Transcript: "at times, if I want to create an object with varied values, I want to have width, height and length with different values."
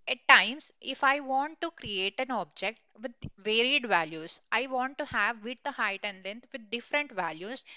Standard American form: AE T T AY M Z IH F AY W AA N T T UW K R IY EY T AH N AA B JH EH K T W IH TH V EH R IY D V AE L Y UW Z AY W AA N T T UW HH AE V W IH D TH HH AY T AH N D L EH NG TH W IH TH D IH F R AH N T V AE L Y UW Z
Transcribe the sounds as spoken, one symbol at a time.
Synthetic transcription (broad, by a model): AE T T AY M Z IH F AY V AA N T T UW K R IY EY T AH N AA B JH EH K T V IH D V EH R IY D V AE L Y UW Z AY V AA N T T UW HH AE V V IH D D HH AY T AH N D L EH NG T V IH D D IH F R AH N T V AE L Y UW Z